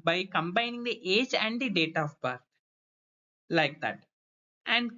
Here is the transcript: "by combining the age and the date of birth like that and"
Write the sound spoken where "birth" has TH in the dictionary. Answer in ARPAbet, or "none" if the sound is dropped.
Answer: T